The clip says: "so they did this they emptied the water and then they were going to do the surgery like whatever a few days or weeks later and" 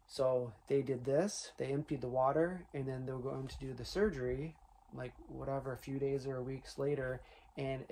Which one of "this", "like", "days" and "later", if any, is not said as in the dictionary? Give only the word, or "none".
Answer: none